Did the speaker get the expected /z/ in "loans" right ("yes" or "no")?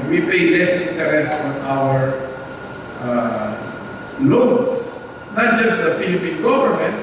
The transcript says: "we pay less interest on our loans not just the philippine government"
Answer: no